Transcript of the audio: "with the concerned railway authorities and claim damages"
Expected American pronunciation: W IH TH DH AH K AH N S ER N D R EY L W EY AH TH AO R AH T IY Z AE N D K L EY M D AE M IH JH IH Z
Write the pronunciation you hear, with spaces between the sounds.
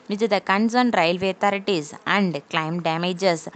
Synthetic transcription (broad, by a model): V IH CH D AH K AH N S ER N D R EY L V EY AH T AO R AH T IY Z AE N D K L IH M D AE M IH JH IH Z